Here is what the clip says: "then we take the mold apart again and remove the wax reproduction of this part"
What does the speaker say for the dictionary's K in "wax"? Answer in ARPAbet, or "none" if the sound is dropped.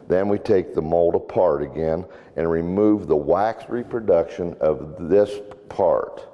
K